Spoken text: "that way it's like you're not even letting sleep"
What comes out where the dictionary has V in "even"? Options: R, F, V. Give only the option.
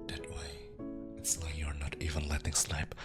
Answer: V